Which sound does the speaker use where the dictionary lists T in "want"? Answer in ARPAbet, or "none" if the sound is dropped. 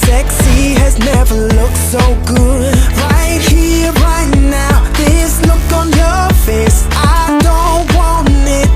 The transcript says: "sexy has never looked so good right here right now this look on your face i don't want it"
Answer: none